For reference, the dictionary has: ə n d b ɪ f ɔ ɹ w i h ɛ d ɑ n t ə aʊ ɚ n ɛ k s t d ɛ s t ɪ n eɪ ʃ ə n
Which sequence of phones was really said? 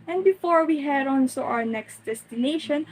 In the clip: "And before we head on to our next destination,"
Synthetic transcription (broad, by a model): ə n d b ɪ f ɔ ɹ w i h ɛ d ɑ n s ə aʊ ɚ n ɛ k s t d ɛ s t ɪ n eɪ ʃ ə n